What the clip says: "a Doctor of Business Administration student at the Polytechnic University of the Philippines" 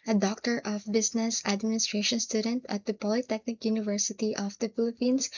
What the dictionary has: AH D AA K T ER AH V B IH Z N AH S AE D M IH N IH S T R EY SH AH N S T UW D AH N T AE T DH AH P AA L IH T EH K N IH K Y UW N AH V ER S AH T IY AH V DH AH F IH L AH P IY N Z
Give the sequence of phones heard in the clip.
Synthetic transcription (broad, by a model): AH D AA K T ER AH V B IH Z N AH S AE D M IH N IH S T R EY SH AH N S T UW D AH N T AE T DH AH P AA L IH T EH K N IH K Y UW N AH V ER S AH T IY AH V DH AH F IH L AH P IY N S